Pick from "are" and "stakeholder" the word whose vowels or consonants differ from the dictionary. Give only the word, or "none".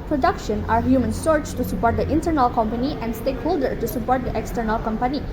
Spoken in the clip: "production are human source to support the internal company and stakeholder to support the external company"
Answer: none